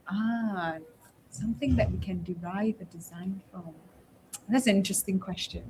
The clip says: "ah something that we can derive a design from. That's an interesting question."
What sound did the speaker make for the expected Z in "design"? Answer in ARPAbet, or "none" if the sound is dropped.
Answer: Z